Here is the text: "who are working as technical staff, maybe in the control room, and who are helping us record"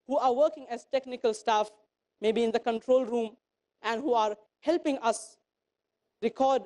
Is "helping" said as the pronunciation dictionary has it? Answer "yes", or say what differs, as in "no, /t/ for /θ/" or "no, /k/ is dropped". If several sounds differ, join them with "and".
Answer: yes